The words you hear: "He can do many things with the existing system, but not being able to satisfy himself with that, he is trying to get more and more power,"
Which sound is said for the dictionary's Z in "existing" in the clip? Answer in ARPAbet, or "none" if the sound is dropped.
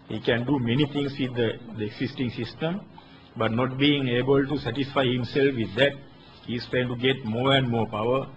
S